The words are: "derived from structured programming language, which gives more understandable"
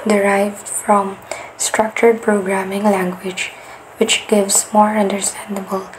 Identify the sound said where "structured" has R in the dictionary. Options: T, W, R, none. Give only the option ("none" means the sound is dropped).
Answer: R